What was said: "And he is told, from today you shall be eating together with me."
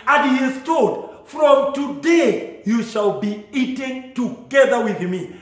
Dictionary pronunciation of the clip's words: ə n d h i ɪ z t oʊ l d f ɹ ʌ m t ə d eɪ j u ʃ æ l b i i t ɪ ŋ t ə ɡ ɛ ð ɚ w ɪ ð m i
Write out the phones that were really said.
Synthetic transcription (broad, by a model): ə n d h i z t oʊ d f ɹ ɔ m t ə d eɪ j u ʃ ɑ l b i i t ɪ ŋ t ə ɡ ɛ ð ɚ w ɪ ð m i